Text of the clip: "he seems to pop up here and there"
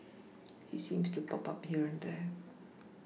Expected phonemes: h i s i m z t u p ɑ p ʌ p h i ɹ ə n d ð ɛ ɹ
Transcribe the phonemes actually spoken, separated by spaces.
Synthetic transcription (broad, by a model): h i s i m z t u p ɑ p ʌ p h i ɹ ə n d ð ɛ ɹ